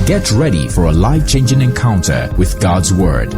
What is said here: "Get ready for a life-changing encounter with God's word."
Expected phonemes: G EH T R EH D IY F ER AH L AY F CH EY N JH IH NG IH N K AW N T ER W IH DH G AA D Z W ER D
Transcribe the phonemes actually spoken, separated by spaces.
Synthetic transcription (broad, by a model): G EH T R EH D IY F ER AH L AY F CH EY N JH IH NG IH N K AW N T ER W IH DH G AA D Z W ER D